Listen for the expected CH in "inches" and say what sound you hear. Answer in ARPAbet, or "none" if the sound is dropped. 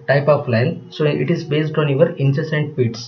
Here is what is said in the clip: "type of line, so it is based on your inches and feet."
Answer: S